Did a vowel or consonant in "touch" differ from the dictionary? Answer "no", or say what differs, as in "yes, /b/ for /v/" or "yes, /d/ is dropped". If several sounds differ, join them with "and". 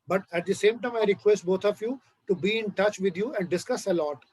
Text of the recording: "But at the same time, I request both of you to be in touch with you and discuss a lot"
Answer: no